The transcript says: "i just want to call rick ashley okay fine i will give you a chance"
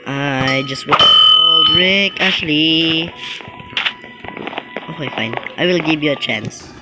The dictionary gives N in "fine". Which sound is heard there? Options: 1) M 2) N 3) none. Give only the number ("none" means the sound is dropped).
2